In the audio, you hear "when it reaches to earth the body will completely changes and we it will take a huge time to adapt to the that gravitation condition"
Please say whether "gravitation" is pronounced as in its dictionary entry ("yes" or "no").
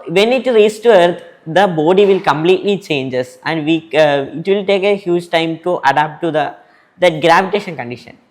yes